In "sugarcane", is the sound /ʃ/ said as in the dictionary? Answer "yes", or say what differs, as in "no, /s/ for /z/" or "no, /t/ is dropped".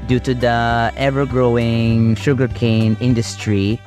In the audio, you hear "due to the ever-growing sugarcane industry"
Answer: yes